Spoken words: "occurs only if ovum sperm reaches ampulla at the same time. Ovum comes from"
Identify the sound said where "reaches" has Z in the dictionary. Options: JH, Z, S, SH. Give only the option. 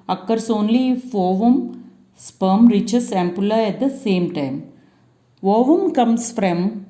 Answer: S